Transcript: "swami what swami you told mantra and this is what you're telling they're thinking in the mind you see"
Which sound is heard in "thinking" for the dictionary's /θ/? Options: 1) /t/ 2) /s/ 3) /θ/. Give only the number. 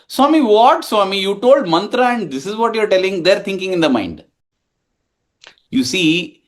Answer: 1